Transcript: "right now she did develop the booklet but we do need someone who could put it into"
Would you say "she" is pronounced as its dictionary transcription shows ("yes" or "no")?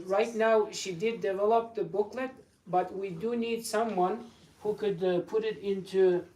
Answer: yes